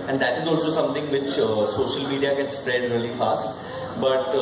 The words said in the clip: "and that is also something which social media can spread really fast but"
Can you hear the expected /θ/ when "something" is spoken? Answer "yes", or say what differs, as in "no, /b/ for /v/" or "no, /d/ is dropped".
no, /t/ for /θ/